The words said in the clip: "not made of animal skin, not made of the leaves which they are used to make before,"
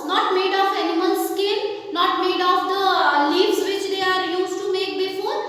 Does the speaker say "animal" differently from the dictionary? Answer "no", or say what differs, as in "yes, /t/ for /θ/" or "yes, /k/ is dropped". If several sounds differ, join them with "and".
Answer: yes, /n/ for /l/